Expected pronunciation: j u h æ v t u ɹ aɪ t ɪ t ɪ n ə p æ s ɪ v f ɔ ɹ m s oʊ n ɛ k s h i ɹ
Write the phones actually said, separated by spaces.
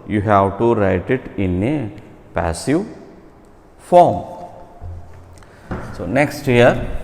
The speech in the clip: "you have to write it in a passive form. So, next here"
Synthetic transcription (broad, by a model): j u h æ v t u ɹ aɪ t ɪ t ɪ n ə p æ s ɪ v f ɔ ɹ m s oʊ n ɛ k s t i ɹ